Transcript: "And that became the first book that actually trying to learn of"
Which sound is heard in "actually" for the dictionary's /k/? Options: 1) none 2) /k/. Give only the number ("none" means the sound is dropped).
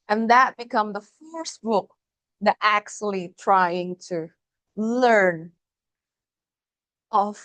2